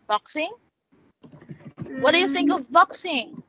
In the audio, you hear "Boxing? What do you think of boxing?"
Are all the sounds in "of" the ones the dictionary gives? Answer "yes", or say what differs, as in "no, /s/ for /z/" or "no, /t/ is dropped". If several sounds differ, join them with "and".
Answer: yes